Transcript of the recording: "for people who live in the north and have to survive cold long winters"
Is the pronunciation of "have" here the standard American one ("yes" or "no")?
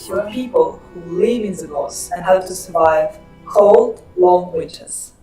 no